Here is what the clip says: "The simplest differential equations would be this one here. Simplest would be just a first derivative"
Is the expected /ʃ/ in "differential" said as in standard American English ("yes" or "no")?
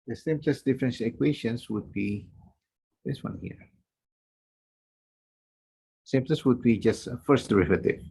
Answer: no